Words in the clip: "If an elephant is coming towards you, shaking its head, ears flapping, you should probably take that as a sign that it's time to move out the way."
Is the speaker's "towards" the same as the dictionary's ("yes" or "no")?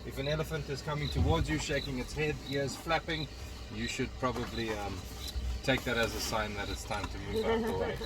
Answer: yes